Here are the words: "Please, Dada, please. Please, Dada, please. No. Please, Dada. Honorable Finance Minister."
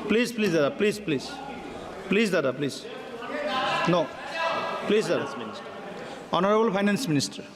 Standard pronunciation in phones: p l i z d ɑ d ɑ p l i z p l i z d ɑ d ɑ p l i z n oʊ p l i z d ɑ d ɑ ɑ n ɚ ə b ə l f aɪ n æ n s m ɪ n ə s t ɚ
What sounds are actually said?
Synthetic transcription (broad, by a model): p l i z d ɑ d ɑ p l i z p l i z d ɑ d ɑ p l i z n oʊ p l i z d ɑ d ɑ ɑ n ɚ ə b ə l p aɪ n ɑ n s m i n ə s t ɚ